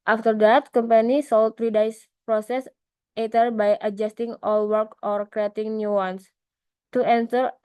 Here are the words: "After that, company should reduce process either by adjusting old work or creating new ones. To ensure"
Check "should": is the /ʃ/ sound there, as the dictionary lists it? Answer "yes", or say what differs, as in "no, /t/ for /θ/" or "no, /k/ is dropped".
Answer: no, /s/ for /ʃ/